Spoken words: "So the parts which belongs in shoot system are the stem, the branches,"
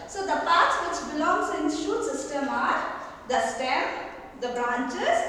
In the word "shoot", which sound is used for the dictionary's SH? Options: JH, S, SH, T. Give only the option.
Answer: SH